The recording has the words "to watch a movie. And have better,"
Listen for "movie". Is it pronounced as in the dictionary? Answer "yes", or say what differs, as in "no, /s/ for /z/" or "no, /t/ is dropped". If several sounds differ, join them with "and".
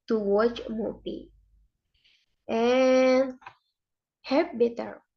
no, /p/ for /v/